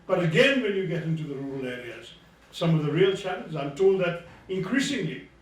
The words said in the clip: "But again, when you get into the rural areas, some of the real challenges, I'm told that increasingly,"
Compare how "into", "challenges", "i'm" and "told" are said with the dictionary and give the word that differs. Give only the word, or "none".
challenges